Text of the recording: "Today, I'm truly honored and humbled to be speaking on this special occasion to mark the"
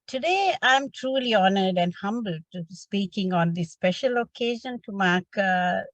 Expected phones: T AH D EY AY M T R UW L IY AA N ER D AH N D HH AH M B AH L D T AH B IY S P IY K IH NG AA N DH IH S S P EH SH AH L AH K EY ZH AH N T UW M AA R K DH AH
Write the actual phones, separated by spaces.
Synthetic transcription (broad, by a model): T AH D EY AY M T R UW L IY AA N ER D AH N D HH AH M B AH L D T S P IY K IH NG AA N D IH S S P EH SH AH L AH K EY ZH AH N T UW M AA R K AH